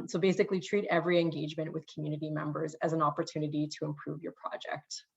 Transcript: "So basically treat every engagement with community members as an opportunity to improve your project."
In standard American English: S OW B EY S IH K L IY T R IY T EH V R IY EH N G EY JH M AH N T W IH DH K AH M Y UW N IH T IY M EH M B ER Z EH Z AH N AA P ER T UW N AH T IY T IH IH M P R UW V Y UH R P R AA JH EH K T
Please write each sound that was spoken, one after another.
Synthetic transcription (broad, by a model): S OW B EY S IH K L IY T R IY T EH V R IY EH N G EY JH M AH N T W IH DH K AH M Y UW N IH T IY M EH M B ER Z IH Z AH N AA P ER T UW N AH T IY T IH IH M P R UW V Y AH R P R AA JH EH K T